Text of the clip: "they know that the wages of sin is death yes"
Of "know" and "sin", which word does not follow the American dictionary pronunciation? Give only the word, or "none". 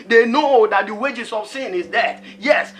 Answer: none